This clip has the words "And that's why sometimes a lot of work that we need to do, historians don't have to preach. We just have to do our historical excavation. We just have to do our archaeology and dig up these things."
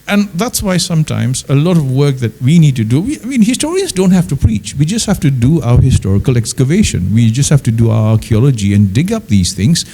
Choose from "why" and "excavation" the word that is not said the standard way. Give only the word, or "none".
none